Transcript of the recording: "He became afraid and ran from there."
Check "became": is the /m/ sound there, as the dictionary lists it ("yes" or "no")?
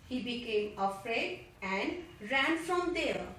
yes